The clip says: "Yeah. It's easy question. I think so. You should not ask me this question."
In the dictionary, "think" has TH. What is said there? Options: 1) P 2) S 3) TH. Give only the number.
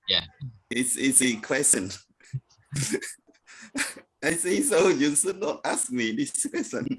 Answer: 2